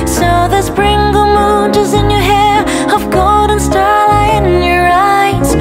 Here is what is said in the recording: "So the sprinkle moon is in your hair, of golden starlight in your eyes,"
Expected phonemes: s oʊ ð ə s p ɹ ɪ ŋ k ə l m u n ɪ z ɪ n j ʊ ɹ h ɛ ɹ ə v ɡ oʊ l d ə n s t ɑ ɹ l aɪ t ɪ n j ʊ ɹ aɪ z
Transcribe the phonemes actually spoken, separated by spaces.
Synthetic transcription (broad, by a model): s oʊ ð ə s b ɹ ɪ ŋ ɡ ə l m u n ɪ z ɪ n j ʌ ɹ h ɛ ɹ ə v ɡ oʊ l d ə n s t ɑ ɹ l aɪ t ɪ n j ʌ ɹ aɪ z